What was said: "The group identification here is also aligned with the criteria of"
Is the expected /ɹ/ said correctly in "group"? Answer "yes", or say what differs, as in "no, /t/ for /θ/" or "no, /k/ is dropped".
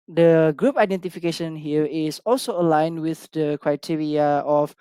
yes